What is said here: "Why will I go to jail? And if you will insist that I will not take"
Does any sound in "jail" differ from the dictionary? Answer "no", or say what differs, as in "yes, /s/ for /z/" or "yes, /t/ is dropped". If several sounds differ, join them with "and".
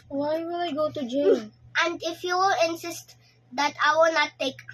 yes, /n/ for /l/